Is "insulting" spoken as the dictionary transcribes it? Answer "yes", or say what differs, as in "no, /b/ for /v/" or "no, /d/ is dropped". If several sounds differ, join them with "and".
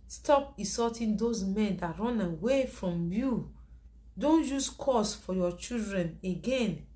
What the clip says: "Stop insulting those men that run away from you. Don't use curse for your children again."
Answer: no, /n/ is dropped and /l/ is dropped